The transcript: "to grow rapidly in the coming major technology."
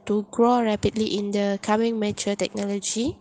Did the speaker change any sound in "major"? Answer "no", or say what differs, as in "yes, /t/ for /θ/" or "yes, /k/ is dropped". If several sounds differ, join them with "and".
yes, /tʃ/ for /dʒ/